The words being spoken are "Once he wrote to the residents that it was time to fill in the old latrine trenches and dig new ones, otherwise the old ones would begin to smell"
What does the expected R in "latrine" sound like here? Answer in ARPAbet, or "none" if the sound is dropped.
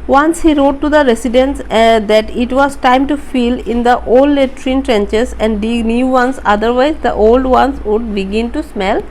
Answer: R